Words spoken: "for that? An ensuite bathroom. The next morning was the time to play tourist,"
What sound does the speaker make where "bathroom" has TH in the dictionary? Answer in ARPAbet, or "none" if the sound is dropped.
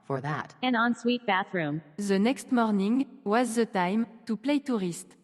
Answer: TH